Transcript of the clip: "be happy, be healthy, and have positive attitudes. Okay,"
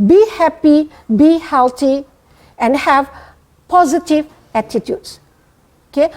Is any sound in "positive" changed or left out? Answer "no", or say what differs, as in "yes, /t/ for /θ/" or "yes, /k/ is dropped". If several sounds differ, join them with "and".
no